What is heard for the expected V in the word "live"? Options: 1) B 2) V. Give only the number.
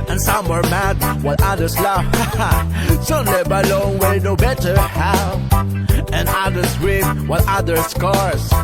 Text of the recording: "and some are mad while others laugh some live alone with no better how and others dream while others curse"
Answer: 1